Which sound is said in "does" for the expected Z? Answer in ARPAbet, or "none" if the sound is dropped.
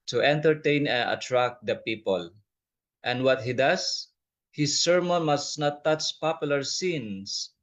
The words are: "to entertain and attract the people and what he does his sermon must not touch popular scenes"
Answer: S